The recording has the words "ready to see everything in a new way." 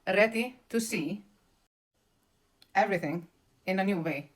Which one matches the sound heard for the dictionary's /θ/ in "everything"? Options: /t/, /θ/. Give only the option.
/θ/